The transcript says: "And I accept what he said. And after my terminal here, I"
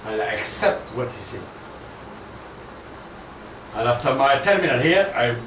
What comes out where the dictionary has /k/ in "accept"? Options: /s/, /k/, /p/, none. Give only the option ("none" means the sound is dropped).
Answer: /k/